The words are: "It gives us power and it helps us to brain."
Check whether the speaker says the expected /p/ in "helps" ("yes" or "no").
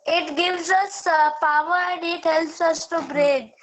no